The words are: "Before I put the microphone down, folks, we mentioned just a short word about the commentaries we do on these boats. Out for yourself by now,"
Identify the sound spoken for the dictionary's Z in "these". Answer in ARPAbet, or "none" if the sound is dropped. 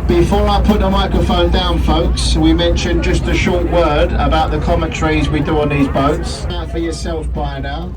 Z